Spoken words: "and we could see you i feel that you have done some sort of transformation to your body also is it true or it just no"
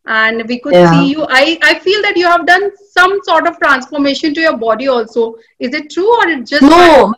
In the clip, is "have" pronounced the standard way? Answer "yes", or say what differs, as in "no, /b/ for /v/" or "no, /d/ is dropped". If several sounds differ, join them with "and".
yes